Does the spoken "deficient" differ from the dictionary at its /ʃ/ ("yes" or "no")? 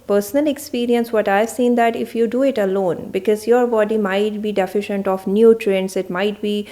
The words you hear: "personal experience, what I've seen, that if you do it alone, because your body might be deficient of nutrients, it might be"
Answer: no